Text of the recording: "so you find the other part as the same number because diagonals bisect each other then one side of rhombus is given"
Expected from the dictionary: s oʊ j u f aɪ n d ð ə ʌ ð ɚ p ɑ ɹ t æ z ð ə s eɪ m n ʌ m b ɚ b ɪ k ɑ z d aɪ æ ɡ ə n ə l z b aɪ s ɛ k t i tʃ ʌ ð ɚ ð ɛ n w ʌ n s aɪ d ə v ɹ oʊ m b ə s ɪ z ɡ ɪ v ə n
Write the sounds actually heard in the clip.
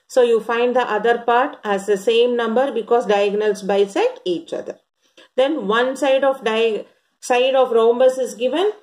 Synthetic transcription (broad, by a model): s oʊ j u f aɪ n d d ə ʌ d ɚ p ɑ ɹ t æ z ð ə s eɪ m n ʌ m b ɚ b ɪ k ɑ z d aɪ ɡ n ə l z b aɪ s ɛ t i tʃ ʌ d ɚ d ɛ n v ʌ n s aɪ d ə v ɹ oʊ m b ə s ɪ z ɡ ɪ v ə n